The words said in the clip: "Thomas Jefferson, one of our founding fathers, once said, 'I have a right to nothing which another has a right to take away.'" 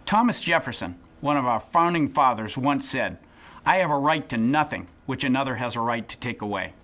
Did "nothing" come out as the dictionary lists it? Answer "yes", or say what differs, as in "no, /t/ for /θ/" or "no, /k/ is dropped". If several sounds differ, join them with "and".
yes